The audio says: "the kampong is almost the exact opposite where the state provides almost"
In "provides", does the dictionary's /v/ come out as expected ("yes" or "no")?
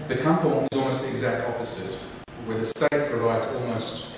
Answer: yes